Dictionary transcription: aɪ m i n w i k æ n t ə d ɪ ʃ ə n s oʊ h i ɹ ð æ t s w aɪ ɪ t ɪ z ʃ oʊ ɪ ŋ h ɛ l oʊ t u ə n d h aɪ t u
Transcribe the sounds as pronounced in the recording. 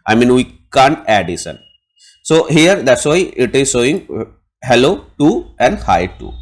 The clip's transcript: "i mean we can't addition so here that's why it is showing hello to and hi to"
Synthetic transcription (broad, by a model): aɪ m i n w i k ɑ n t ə d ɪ s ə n s oʊ h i ɹ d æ t s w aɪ ɪ t ɪ z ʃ oʊ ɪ ŋ h ɛ l oʊ t u ə n d h aɪ t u